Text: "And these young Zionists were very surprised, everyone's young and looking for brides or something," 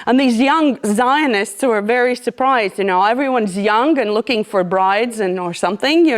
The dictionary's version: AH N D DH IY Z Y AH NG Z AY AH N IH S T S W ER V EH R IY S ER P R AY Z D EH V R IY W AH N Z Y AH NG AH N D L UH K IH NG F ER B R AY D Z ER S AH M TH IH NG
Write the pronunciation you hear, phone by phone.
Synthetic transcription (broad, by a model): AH N DH IY Z Y AH NG Z AY AH N IH S T S W ER V EH R IY S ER P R AY Z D EH V R IY W AH N Z Y AH NG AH N L UH K IH NG F ER B R AY D Z ER S AH M TH IH NG